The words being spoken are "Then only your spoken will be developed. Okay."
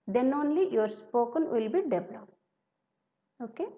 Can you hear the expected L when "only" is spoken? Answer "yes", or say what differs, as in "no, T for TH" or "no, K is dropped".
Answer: yes